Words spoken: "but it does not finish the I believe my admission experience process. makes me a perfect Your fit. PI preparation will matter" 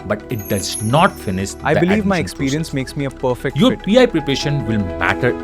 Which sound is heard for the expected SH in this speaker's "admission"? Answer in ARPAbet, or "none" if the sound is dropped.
none